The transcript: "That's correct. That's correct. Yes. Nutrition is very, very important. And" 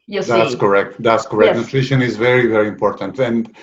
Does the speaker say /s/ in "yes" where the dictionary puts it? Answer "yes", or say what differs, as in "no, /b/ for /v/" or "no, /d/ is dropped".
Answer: no, /s/ is dropped